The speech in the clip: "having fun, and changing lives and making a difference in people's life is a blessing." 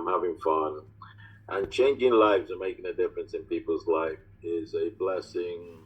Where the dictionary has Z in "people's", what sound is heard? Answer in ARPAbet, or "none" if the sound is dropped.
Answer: Z